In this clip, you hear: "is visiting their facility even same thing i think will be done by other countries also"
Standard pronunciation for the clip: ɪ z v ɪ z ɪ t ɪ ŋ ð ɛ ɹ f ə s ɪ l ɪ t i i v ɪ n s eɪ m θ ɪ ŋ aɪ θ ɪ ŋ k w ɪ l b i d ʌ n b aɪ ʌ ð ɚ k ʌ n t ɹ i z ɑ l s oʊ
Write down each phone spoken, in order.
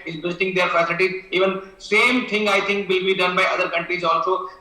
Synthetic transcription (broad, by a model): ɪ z b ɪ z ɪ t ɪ ŋ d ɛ ɹ f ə s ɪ l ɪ t i i v ɪ n s eɪ m t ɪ ŋ aɪ t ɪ ŋ k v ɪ l b i d ʌ n b aɪ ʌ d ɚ k ʌ n t ɹ i z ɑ l s oʊ